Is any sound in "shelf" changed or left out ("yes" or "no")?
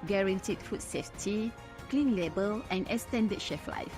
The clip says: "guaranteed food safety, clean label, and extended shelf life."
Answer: yes